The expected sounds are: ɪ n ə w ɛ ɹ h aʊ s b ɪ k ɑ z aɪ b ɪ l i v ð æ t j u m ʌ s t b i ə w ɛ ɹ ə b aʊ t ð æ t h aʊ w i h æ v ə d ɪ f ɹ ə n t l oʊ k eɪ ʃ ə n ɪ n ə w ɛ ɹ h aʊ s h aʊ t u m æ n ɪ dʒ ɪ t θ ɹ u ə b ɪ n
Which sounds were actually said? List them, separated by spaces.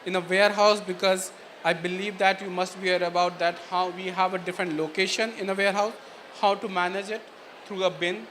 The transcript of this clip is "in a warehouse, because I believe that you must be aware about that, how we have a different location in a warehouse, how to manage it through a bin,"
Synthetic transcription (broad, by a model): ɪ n ə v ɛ ɹ h aʊ s b ɪ k ɑ z aɪ b ɪ l i v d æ t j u m ʌ s t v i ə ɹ ə b aʊ t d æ t h aʊ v i h æ v ə d ɪ f ɹ ə n t l oʊ k eɪ ʃ ə n ɪ n ə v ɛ ɹ h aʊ s h aʊ t u m æ n ɪ dʒ ɪ t t ɹ u ə b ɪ n